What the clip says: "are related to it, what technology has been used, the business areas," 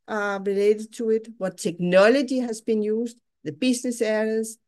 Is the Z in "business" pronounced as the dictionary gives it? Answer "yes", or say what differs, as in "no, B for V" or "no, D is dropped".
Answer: no, S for Z